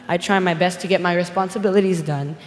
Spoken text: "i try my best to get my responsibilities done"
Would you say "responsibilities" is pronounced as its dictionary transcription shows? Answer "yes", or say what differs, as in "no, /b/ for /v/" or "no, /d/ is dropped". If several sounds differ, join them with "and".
yes